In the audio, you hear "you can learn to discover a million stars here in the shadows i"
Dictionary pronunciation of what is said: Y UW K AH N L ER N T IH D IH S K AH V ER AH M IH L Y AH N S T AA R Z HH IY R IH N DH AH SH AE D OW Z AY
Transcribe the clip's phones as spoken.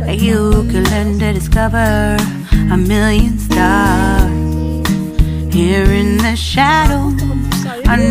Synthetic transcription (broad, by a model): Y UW K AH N L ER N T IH D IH S K AH V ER AH M IH L Y AH N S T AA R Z HH IY R IH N DH AH SH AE D OW AY